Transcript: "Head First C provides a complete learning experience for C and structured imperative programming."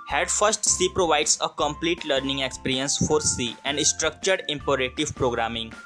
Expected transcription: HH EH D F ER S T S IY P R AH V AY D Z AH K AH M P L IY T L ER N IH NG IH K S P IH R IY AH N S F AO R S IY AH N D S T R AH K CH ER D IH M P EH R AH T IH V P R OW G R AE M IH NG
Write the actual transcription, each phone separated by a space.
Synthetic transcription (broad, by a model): HH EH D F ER S T S IY P R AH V AY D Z AH K AH M P L IY T L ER N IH NG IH K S P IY R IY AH N S F AO R S IY AH N D S T R AH K CH ER D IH M P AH R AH T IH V P R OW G R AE M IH NG